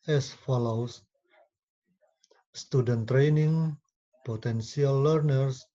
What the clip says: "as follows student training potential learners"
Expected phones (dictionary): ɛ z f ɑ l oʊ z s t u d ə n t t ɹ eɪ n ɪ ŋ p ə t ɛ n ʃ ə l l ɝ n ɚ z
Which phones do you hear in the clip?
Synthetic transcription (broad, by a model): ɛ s f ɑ l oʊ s s t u d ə n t t ɹ eɪ n ɪ ŋ p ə t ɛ n s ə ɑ l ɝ n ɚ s